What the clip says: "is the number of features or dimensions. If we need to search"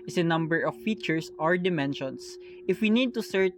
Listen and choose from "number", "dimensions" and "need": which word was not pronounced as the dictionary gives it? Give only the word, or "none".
dimensions